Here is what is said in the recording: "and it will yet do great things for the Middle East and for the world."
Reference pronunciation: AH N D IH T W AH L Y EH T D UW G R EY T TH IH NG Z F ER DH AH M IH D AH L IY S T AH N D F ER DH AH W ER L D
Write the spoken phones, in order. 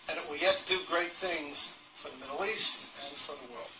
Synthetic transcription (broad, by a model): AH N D IH T W AH L Y EH T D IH G R EY T TH IH NG Z F ER DH AH M IH D L IY S T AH N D F ER DH AH W ER L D